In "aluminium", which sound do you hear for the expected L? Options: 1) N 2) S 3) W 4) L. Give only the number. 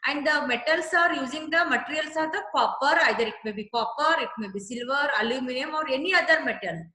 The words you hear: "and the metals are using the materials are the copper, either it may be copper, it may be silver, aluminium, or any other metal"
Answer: 4